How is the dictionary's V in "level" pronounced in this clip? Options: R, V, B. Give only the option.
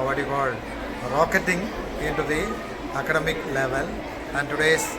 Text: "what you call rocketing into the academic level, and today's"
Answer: V